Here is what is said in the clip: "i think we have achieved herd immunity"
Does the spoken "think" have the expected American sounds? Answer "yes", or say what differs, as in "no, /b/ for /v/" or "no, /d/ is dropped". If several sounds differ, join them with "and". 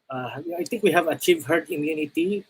no, /t/ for /θ/